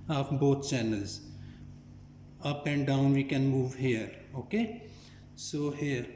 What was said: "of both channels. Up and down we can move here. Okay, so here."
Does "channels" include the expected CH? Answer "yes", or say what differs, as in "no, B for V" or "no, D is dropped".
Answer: yes